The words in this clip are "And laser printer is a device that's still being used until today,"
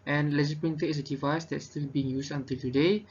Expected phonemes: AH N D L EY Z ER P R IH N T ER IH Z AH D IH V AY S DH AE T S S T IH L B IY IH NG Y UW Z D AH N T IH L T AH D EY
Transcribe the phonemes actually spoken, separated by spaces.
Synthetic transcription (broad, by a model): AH N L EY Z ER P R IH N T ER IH S AH D IH V AY S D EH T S S T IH L B IY IH NG Y UW S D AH N T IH L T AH D EY